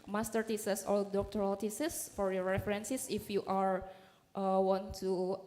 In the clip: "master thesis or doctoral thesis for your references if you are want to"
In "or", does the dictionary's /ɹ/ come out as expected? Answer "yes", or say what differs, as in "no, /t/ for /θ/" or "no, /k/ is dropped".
no, /l/ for /ɹ/